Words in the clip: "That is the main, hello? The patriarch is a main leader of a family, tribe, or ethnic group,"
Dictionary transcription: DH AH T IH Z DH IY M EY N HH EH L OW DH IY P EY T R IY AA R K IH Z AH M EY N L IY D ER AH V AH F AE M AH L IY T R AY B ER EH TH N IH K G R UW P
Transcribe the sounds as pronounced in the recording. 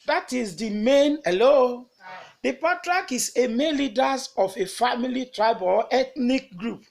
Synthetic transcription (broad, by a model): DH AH T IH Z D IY M EY N HH EH L OW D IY P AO T R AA K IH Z AH M EY N L IY D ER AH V AH F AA M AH L IY T R AY B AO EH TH N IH K G R UW P